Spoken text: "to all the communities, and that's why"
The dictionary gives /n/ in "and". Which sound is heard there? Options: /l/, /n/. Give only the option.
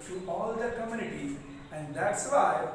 /n/